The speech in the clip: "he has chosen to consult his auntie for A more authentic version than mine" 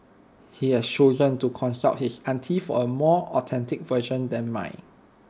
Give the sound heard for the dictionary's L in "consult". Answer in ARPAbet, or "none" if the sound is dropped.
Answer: none